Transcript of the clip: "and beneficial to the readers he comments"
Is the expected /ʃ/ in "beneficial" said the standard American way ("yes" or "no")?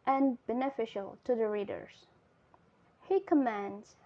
yes